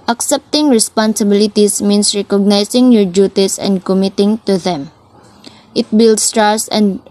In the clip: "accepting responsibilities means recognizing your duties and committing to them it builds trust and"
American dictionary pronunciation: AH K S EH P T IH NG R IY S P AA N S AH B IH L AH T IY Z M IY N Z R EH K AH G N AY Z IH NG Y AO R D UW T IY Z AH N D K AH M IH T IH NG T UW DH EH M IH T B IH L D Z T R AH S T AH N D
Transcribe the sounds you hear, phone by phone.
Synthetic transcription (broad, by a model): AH K S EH P T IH NG R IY S P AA N S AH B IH L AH T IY S M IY N S R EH K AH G N AY S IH NG Y AO R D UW T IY S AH N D K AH M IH T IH NG T UW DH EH M IH T B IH L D S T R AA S AH N